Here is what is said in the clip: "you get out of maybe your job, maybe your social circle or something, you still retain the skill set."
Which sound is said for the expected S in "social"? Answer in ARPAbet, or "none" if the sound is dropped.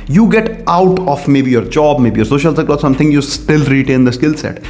S